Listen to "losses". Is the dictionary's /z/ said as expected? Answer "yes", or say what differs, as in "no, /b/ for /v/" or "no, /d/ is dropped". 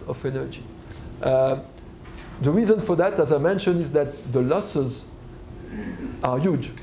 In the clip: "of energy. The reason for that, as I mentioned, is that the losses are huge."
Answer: yes